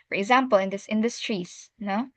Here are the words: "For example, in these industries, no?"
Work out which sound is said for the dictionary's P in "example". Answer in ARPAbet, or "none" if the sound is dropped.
P